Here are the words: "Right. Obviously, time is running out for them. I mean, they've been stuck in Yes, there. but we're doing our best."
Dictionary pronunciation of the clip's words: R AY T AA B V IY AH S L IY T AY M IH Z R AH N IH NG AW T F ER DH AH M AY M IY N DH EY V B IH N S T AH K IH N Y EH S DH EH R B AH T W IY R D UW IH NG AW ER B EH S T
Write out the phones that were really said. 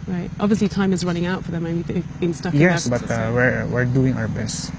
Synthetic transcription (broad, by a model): R AY T AA B V IY AH S L IY T AY M IH Z R AH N IH NG AW T F ER DH AH M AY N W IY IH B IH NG S T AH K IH Y EH S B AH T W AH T W IY R D UW IH NG AW ER B EH S T